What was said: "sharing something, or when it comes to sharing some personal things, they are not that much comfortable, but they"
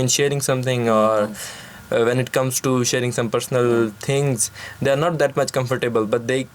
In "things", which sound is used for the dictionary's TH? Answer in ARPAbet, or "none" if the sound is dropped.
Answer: T